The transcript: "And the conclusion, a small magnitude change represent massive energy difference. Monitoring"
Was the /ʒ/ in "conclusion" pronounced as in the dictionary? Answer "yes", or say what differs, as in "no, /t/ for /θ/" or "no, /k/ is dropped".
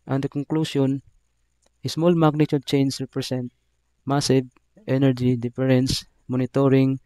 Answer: no, /s/ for /ʒ/